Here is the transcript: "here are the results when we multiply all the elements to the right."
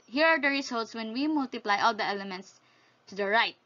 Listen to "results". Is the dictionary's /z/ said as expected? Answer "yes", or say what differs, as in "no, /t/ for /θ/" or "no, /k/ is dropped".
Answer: no, /s/ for /z/